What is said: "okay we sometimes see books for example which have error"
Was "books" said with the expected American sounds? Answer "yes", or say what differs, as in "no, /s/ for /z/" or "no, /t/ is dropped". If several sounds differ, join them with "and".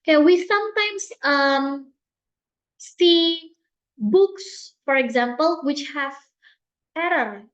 yes